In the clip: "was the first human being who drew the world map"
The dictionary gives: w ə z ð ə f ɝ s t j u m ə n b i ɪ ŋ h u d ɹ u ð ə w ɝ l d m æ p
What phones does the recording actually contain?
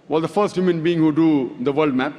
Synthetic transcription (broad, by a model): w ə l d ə f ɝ s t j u m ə n b i ɪ ŋ h u d u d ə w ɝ l d m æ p